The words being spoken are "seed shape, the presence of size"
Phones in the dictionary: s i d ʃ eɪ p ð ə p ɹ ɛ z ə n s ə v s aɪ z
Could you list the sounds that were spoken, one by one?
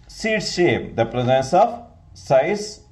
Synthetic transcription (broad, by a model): s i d ʃ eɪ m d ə p ɹ ɛ z ə n s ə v s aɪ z